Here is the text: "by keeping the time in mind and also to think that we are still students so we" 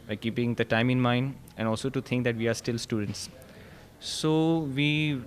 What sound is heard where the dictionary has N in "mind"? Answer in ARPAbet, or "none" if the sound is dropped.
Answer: N